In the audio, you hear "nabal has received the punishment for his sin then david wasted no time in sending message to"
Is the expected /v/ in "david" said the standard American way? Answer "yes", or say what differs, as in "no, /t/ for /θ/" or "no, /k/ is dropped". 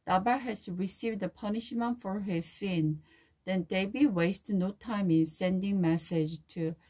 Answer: no, /b/ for /v/